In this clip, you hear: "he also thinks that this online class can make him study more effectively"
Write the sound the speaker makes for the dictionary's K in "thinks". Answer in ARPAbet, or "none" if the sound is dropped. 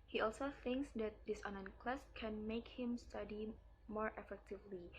K